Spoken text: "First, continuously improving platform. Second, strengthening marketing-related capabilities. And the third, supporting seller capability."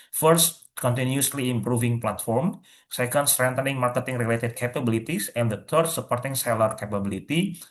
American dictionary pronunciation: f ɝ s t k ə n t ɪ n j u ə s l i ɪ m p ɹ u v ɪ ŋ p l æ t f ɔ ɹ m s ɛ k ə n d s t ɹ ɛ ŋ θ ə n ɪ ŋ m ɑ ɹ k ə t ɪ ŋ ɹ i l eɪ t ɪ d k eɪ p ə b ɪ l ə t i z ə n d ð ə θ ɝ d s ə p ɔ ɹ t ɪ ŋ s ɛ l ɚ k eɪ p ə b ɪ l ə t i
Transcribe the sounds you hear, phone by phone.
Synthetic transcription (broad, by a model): f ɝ s t k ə n t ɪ n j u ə s l i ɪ m p ɹ u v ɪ ŋ p l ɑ t f ɔ ɹ m s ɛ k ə n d s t ɹ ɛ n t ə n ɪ ŋ m ɑ ɹ k ə t ɪ ŋ ɹ i l eɪ t ɪ d k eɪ p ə b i l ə t i s ə n d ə t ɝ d s ə p ɔ ɹ t ɪ ŋ s ɛ l ɚ k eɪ p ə b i l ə t i